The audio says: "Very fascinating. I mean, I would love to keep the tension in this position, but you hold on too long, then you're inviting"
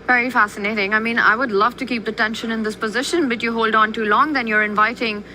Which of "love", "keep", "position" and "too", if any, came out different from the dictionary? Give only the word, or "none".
none